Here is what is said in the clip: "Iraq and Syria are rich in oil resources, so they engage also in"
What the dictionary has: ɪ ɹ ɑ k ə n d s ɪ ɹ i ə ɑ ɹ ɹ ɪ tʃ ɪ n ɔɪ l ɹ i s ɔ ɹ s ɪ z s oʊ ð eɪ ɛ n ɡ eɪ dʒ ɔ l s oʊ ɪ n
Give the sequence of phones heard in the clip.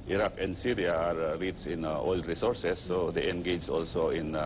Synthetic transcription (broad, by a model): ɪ ɹ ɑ k ə n d s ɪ ɹ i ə ɑ ɹ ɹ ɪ s ɪ n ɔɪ l ɹ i s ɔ ɹ s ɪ s oʊ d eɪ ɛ n ɡ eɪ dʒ ɔ l s oʊ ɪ n